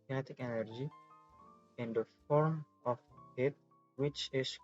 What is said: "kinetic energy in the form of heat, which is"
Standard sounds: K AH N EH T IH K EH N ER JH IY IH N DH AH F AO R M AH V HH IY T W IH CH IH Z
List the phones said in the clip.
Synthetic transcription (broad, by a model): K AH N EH T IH K EH N ER JH IY IH N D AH F AO R M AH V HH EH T W IH CH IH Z